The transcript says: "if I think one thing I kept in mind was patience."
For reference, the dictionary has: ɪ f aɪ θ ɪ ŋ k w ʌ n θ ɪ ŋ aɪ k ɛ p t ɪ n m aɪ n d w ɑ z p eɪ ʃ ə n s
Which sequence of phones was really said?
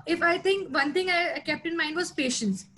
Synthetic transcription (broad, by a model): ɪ f aɪ t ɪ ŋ k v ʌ n t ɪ ŋ aɪ k ɛ p t ɪ n m aɪ n d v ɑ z p eɪ ʃ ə n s